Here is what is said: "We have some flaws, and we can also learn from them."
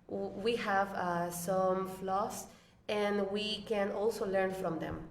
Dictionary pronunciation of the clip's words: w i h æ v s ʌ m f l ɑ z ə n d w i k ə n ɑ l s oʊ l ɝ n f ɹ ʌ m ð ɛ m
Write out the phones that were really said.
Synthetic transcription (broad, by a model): w i h æ v s ʌ m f l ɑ s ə n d w i k ə n ɑ l s oʊ l ɝ n f ɹ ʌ m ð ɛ m